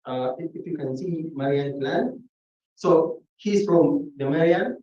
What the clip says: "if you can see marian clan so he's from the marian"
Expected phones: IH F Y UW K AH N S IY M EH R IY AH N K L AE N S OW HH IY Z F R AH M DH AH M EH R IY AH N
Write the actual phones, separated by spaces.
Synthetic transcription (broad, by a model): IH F Y UW K AH N S IY M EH R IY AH N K L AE N S OW HH IY S F R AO M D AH M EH R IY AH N